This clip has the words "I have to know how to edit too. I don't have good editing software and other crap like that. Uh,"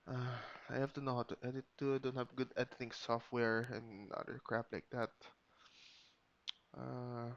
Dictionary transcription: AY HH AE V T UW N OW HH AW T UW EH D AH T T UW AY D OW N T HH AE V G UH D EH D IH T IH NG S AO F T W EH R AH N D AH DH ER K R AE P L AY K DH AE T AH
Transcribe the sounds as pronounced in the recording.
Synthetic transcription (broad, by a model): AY HH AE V T UW N OW HH AW T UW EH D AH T T UW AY D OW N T HH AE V G UH D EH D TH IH NG S AO F T W EH R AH N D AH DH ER K R AE P L AY K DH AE T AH